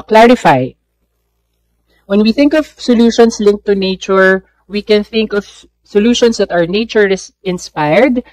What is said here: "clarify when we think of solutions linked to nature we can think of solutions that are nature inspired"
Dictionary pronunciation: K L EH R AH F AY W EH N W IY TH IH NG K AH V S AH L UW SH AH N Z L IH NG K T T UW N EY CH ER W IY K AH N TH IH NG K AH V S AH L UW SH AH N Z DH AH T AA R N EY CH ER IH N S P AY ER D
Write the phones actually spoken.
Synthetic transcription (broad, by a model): K L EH R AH F AY W EH N W IY TH IH NG K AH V S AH L UW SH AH N S L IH NG K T T UW N EY CH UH W IY K AH N TH IH NG K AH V S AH L UW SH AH N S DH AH T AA W N EY CH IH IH N S P AY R D